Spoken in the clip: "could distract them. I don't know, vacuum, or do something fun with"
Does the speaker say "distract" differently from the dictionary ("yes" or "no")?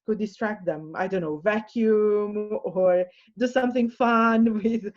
no